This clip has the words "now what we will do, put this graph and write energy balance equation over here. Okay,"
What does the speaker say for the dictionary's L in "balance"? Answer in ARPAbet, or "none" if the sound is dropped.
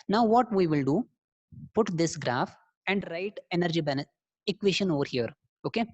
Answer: N